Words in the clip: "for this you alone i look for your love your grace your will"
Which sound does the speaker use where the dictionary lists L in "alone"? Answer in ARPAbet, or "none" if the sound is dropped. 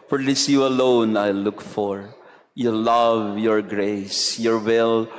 L